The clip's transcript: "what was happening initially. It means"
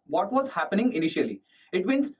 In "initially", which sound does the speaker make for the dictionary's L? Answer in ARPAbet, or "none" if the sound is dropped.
L